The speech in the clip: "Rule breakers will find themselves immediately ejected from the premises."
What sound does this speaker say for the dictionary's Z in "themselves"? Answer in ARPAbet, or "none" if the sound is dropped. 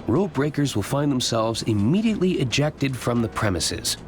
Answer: Z